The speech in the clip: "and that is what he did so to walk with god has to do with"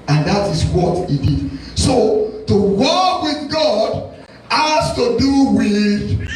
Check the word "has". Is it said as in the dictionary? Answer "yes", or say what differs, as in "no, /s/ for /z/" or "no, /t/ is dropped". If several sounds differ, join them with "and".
no, /s/ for /z/